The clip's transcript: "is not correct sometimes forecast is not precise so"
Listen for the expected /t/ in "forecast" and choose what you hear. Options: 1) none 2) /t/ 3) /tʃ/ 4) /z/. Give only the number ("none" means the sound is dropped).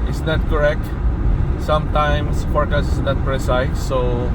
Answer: 1